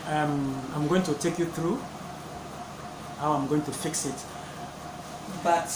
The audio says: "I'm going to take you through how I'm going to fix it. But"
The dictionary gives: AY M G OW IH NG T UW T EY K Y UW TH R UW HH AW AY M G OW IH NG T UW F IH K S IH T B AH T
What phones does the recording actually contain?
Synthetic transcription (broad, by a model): AY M G OW IH NG T UW T EY K Y UW TH R UW HH AW AY M G OW IH NG T UW F IH K S IH T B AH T